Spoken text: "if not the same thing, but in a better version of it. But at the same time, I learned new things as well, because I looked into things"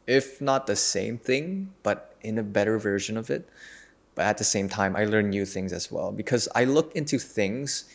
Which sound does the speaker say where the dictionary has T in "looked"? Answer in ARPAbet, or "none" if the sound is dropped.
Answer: none